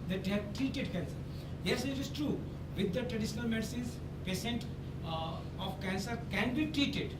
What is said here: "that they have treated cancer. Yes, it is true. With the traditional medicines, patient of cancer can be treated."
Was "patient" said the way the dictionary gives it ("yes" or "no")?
no